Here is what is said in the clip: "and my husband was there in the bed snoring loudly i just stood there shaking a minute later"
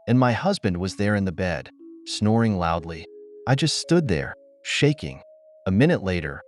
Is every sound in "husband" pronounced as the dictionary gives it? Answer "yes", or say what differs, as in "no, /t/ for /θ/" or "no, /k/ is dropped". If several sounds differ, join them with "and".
yes